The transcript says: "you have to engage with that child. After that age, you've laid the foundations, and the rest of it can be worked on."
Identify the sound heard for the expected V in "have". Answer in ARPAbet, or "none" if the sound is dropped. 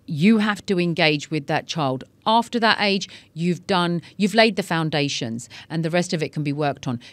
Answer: F